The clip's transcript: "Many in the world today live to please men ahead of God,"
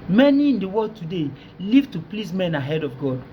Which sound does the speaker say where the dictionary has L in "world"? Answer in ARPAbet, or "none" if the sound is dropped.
none